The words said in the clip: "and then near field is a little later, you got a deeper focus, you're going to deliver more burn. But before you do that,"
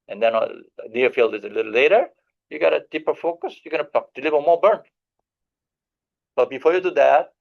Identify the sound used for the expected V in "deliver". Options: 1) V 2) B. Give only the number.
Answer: 2